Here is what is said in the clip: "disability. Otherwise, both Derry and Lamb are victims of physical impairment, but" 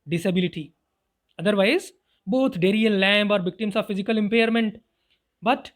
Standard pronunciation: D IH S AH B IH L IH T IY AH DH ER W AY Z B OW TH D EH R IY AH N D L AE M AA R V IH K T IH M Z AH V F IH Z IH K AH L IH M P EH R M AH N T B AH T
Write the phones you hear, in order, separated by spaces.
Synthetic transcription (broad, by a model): D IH S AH B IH L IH T IY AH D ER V AY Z B OW T D EH R IY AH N L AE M AA R V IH K T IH M S AH V F IH Z IH K AH L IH M P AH R M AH N T B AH T